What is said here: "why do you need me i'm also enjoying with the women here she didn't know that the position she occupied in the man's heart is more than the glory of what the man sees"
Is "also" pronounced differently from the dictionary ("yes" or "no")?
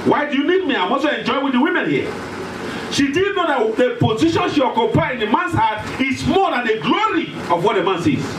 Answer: yes